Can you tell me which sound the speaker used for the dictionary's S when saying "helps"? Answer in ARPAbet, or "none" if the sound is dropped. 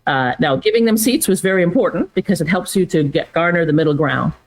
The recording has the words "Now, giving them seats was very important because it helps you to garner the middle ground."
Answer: S